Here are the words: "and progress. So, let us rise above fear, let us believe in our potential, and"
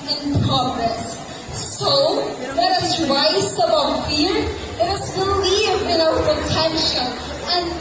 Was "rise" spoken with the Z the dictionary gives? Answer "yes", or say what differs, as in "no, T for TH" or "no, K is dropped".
no, S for Z